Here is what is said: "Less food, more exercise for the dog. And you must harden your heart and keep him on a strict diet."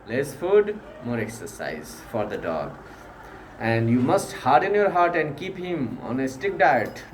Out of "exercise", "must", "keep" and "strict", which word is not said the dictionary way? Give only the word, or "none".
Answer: strict